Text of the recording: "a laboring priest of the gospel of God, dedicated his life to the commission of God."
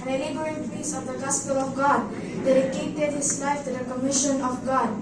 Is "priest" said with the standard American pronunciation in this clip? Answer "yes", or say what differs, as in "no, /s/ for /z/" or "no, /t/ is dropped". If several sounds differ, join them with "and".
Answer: no, /ɹ/ is dropped and /t/ is dropped